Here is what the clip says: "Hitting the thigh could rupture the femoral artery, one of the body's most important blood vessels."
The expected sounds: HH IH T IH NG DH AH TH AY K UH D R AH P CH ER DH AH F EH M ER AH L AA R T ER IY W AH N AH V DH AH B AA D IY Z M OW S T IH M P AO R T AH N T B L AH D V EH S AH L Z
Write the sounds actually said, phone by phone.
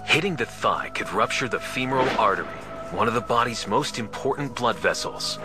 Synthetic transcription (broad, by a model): HH IH T IH NG DH AH TH AY K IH D R AH P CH ER DH AH F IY M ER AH L AA R T ER IY W AH N AH V DH AH B AA D IY Z M OW S T IH M P AO R T N B L AH D V EH S L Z